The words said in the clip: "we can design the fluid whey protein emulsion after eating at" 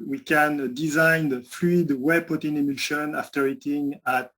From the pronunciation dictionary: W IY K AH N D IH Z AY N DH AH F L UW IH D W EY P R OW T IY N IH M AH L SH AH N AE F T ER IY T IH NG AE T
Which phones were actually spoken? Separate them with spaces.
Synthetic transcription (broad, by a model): W IY K AH N D IH Z AY N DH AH F L UW IH D W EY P OW T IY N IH M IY SH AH N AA F T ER IY T IH NG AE T